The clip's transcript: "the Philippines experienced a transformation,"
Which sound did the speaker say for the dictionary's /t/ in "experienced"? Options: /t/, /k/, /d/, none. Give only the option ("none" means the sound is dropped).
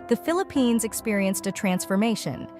/t/